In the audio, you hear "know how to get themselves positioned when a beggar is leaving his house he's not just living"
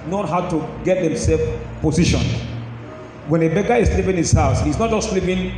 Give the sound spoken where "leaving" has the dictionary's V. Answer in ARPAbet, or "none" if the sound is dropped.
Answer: P